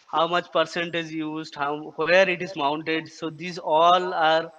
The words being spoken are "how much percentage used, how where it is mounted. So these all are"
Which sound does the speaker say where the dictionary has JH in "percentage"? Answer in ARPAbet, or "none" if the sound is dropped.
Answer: Z